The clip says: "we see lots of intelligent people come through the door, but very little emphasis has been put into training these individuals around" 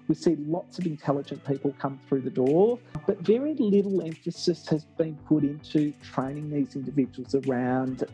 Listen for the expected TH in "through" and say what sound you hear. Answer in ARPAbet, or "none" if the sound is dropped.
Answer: TH